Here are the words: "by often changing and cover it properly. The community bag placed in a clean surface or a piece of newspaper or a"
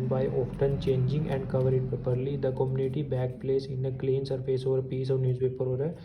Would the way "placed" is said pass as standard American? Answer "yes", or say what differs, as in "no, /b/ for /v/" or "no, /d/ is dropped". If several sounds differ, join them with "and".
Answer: no, /t/ is dropped